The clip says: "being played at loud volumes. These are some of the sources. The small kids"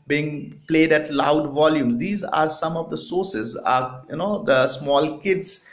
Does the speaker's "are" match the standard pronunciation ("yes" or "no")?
yes